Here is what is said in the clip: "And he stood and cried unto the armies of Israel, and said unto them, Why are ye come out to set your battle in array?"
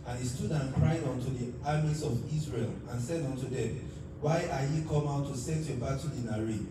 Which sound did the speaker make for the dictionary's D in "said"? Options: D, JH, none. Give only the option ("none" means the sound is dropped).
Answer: D